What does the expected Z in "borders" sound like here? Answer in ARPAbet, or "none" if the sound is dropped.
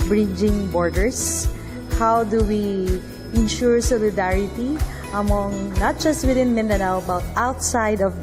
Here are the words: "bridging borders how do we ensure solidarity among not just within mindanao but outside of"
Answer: S